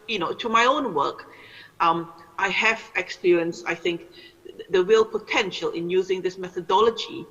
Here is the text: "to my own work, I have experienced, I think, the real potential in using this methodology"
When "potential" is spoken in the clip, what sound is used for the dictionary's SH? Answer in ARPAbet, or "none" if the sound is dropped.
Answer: SH